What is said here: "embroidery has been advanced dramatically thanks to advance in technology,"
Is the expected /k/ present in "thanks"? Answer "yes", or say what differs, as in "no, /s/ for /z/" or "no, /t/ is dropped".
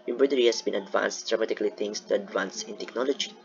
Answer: no, /k/ is dropped